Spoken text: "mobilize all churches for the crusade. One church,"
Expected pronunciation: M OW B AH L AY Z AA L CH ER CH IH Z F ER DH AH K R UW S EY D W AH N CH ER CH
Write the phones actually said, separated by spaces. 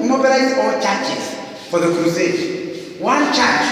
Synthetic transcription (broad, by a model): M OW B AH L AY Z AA W CH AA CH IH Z F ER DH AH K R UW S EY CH W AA N CH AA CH